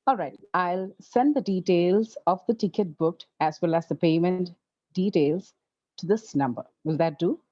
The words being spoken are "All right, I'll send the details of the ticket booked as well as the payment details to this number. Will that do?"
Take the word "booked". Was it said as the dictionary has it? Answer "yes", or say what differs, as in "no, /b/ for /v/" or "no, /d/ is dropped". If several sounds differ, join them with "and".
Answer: no, /t/ is dropped